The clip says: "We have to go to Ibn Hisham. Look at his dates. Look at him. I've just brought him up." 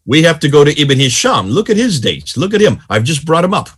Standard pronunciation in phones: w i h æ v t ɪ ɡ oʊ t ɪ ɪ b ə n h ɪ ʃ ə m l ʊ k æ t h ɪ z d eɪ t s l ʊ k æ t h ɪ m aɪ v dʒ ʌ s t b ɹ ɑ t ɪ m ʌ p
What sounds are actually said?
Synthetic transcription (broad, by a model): w i h æ f t ɪ ɡ oʊ t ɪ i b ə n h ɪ ʃ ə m l ʊ k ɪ t h ɪ z d eɪ t s l ʊ k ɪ t h ɪ m aɪ v dʒ ʌ s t b ɹ ɑ t ɪ m ʌ p